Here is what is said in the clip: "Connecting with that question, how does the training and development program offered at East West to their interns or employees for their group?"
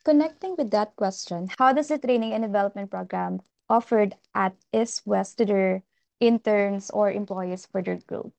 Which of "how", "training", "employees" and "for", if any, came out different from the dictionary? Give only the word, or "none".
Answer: employees